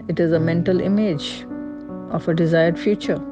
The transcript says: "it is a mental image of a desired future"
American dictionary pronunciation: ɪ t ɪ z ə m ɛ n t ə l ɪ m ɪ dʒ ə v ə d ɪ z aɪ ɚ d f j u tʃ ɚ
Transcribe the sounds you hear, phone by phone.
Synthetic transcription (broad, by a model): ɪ t ɪ z ə m ɛ n t ə l ɪ m ɪ dʒ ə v ə d ɪ z aɪ ɚ d f j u tʃ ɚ